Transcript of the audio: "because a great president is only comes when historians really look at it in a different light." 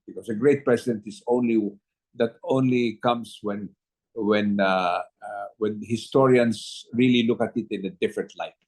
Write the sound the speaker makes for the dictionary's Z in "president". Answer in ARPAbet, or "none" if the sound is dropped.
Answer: S